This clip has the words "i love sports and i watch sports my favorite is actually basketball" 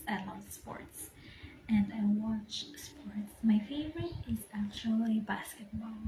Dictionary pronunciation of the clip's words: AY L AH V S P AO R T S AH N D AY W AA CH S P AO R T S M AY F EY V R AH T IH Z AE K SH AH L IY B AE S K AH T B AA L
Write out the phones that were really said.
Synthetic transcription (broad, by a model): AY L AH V S P AO R T S AH N D AY W AA CH S P AO R T S M AY F EY V R AH T IH Z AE K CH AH L IY B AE S K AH T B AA L